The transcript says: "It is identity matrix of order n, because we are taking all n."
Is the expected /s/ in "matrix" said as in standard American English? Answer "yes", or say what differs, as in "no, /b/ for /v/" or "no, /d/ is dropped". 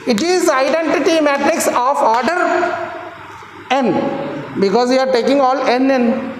yes